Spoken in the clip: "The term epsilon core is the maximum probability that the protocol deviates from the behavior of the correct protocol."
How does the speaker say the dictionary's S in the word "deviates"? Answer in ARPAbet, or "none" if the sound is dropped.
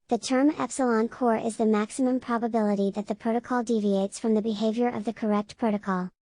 S